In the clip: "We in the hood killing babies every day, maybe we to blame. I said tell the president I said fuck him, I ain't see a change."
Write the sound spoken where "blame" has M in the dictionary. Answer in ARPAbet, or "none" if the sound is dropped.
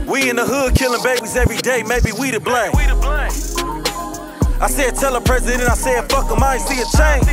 none